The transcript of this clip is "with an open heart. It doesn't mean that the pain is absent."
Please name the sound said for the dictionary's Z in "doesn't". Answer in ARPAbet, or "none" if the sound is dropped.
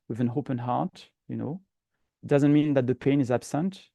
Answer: Z